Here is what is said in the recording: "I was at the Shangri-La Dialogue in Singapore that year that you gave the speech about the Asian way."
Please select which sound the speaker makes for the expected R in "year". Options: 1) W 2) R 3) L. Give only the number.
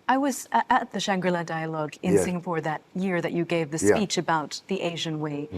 2